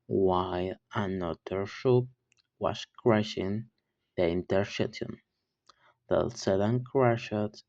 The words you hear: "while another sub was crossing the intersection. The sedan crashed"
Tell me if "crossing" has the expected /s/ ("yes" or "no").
no